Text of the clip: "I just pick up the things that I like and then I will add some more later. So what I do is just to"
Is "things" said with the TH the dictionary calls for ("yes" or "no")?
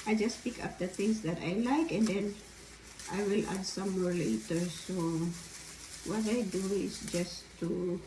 no